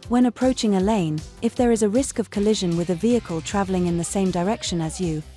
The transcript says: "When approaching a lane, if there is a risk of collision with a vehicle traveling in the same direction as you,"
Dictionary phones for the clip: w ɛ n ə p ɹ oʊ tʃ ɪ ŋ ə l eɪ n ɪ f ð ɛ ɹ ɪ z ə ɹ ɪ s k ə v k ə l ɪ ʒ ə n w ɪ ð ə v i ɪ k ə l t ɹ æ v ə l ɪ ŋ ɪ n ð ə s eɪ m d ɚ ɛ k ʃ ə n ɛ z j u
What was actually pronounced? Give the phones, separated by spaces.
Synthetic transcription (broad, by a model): w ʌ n ə p ɹ oʊ tʃ ɪ ŋ ə l eɪ n ɪ f ð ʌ ɹ ɪ z ə ɹ ɪ s k ə v k ə l ɪ ʒ ə n w ɪ ð ə v i ɪ k ə l t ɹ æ v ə l ɪ ŋ ɪ n ð ə s eɪ m d ɚ ɛ k ʃ ə n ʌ z j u